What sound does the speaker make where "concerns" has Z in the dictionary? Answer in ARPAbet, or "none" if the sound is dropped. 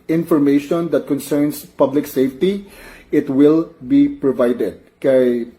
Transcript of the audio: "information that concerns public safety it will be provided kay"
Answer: S